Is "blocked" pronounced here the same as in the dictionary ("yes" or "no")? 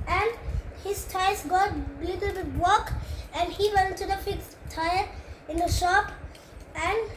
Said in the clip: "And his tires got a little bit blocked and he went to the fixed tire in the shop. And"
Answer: no